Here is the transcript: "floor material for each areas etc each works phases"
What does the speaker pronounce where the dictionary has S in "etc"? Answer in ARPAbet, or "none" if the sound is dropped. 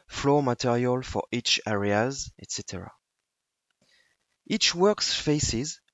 S